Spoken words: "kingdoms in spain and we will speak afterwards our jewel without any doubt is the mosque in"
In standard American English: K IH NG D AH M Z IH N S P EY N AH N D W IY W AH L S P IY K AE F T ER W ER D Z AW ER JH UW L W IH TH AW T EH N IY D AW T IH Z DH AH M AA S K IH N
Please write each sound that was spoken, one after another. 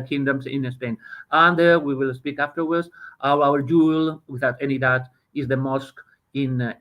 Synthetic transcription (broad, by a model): K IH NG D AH M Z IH N S P EY N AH N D W IY W AH L S P IY K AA F T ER W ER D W AW ER JH UW L W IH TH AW T EH N IY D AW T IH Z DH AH M AA S K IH N